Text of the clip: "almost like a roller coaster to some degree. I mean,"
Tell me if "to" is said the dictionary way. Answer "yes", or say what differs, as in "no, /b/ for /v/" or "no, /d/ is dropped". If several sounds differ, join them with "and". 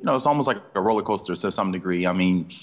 no, /s/ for /t/